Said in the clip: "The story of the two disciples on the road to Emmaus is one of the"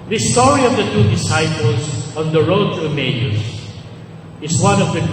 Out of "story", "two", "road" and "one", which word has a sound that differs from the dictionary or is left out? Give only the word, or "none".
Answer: none